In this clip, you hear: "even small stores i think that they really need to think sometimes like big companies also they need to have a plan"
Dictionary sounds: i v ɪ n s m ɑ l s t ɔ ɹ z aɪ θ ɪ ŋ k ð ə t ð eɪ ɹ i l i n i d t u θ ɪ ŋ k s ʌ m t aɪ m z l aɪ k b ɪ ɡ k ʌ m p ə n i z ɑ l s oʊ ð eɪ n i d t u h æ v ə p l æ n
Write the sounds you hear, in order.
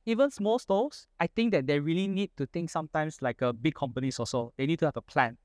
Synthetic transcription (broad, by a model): i v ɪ n s m ɑ l s t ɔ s aɪ t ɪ ŋ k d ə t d eɪ ɹ i l i n i d t u t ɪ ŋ k s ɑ m t aɪ m s l aɪ k b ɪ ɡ k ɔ m p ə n i s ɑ s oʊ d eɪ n i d t u h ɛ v ə p l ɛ n